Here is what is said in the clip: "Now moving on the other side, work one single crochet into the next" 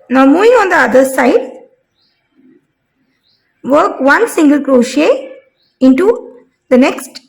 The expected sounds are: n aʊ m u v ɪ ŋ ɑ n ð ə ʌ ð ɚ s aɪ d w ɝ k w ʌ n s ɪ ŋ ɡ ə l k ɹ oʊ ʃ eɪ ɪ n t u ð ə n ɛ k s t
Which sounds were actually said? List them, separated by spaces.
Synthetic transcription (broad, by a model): n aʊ m u v ɪ ŋ ɑ n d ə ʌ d ɚ s aɪ d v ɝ k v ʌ n s ɪ ŋ ɡ ə l k ɹ oʊ ʃ eɪ ɪ n t u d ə n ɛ k s t